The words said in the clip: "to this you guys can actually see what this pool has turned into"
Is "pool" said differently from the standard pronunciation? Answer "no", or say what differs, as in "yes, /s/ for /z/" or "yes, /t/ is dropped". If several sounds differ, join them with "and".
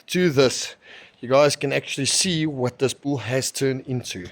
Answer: yes, /b/ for /p/